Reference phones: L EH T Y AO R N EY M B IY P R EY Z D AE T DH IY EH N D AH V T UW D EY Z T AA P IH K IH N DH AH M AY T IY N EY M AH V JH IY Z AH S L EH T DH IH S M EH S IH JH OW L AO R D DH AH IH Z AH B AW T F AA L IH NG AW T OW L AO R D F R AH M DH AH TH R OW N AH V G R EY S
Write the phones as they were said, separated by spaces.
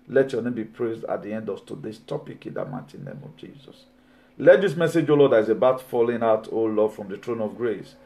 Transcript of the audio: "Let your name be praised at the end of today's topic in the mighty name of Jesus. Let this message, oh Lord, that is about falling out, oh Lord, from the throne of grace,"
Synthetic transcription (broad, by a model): L EH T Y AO N EY M B IY P R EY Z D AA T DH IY EH N D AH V T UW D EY S T AA P IH K IH N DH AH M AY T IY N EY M AH V JH IY Z AH S L EH T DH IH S M EH S IH JH OW L AO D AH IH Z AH B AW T F AA L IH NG AW T OW L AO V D F R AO M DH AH T R OW N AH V G R EY S